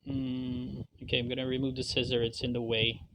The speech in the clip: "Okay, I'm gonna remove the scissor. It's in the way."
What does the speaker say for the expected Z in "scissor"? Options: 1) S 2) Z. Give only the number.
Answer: 2